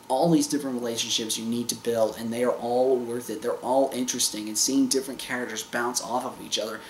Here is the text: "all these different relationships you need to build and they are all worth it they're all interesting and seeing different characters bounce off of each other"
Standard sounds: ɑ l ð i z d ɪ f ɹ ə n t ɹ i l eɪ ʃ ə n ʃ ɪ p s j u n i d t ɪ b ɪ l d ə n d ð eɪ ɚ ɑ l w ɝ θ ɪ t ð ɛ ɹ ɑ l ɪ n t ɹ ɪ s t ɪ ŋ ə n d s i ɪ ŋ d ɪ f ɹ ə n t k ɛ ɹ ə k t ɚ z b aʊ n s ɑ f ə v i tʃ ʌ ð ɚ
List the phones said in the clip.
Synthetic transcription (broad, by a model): ɑ l ð i z d ɪ f ɹ ə n t ɹ i l eɪ ʃ ə n ʃ ɪ p s j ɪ n i d t ɪ b ɪ l d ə n ð eɪ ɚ ɑ l w ɝ θ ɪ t ð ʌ ɹ ɑ l ɪ n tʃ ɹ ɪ s t ɪ ŋ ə n s i ɪ ŋ d ɪ f ɹ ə n k ɛ ɹ ə k t ɚ z b aʊ n s ɑ f ə v i tʃ ʌ ð ɚ